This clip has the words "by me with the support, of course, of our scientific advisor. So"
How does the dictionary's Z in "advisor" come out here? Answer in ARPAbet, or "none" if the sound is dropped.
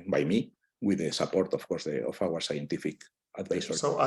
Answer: S